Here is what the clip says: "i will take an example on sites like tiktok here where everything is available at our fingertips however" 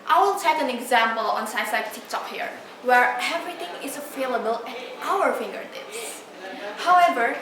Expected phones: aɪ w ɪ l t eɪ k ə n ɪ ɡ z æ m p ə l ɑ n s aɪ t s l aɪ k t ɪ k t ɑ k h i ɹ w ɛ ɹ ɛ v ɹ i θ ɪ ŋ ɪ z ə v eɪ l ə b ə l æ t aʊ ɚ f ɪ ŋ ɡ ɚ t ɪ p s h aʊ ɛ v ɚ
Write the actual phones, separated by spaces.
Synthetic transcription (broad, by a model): aɪ w ɪ l t eɪ k ə n ɪ ɡ z æ m p ə l ɑ n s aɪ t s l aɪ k t ɪ k t ɑ k h i ɹ w ɛ ɹ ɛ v ɹ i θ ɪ ŋ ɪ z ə f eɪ l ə b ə l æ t aʊ ɚ f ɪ ŋ ɡ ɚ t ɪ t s h aʊ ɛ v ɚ